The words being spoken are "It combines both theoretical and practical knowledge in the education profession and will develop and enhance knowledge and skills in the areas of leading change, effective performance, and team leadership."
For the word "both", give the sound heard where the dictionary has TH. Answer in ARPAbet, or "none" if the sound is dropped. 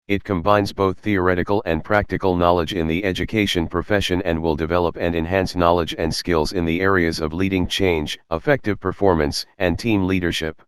TH